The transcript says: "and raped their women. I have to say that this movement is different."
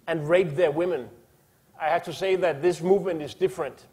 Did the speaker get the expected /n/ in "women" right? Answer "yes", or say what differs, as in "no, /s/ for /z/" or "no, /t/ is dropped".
yes